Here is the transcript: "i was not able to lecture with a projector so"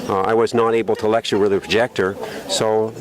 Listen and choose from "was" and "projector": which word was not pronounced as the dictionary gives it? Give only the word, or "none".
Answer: none